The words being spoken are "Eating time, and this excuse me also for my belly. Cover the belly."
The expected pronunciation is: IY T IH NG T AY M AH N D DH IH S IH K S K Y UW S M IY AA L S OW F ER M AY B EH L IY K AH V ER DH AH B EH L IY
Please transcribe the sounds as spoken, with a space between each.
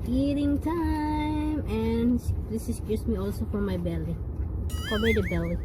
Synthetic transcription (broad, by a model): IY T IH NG T AY M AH N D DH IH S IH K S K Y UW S M IY AA L S OW F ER M AY B EH L IY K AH B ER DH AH B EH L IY